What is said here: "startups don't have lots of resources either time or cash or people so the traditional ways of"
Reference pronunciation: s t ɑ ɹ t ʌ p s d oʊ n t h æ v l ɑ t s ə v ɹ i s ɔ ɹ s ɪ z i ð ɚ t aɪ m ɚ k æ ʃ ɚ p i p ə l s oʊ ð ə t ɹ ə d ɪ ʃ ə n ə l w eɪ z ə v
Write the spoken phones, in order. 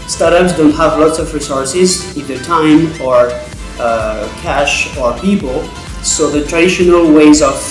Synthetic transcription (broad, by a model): s t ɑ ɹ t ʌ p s d oʊ n t h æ v l ɑ t s ə v ɹ i s ɔ ɹ s ɪ z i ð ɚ t aɪ m ɚ k æ ʃ ɚ p i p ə l s oʊ ð ə t ɹ ə d ɪ ʃ ə n ə l w eɪ z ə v